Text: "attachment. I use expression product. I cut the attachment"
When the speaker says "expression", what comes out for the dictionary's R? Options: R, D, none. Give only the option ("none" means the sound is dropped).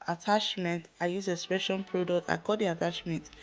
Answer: none